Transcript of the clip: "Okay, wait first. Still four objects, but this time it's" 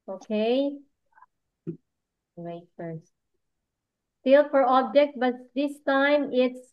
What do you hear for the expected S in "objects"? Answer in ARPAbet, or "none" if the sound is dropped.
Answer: none